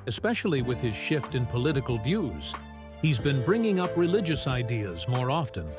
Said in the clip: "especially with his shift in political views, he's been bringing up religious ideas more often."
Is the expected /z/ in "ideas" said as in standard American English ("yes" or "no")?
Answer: yes